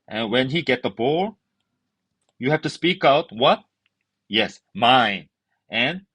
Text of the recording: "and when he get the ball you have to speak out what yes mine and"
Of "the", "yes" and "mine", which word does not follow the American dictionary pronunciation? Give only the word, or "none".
none